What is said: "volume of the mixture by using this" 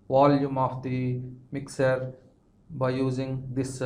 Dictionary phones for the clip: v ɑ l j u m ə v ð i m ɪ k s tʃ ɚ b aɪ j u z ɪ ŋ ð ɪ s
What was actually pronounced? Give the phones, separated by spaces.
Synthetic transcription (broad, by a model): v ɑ l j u m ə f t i m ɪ k s ɚ b aɪ j u z ɪ ŋ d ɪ s